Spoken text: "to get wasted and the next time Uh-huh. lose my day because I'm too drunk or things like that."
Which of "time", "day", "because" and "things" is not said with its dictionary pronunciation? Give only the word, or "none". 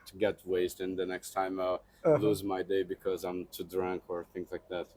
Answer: none